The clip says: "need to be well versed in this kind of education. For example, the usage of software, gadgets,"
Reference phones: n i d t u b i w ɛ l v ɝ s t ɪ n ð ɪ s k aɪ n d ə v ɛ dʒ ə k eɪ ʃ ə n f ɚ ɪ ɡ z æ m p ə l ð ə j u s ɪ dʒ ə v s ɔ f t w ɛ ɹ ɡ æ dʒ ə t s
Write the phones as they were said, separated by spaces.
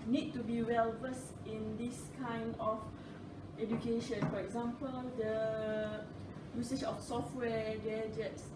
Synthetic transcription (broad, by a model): n i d t u b i w ɛ l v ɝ s ɪ n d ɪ s k aɪ n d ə f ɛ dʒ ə k eɪ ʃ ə n f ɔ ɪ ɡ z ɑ m p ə l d ə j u s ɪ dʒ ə f s ɔ f t w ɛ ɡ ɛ dʒ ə t s